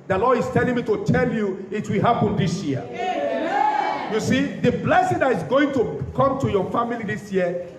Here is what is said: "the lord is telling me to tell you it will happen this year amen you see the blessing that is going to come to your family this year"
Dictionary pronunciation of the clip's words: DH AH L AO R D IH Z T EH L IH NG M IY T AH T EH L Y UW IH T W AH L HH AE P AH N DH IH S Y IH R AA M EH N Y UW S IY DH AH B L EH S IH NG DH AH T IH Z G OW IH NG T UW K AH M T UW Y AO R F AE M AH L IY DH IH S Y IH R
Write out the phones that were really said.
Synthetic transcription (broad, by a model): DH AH L AO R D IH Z T EH L IH NG M IY T AH T EH L Y UW IH T W AH L HH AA P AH N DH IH S Y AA EH Y UW S IY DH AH B L EH S IH NG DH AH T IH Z G OW IH NG T UW K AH M T UW Y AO F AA M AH L IY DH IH S Y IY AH